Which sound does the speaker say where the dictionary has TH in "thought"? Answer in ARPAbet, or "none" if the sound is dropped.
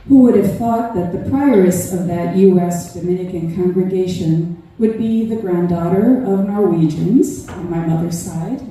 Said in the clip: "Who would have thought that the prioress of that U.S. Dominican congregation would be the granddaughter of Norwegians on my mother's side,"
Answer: TH